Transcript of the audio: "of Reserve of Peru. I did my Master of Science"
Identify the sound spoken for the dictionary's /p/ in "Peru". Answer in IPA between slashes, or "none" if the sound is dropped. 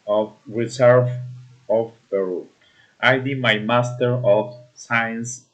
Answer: /b/